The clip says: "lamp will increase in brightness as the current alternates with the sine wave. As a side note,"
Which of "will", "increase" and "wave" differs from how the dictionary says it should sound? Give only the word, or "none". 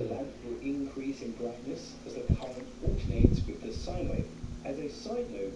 wave